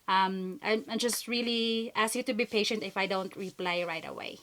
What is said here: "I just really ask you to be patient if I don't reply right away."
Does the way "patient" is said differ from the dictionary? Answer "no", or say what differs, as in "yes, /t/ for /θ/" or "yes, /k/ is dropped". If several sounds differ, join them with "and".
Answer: no